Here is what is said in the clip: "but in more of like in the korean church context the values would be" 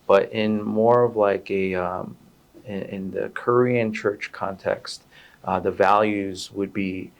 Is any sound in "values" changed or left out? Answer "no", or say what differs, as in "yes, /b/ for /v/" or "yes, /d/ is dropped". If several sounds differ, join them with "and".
no